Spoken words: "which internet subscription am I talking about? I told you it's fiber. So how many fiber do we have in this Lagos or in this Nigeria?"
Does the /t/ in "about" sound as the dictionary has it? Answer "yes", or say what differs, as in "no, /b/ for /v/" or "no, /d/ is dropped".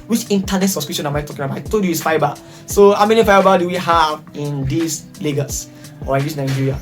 no, /t/ is dropped